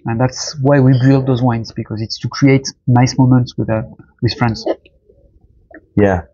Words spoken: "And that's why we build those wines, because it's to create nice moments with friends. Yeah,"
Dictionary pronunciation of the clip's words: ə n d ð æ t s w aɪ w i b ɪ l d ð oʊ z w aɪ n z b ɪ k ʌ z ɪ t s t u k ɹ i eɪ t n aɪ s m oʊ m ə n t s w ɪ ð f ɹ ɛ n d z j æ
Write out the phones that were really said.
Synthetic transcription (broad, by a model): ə n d ð æ t s w aɪ w i b ɪ l d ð oʊ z w aɪ n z b ɪ k ʌ z ɪ t s t u k ɹ i eɪ t n aɪ s m oʊ m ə n t s w ɪ ð f ɹ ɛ n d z j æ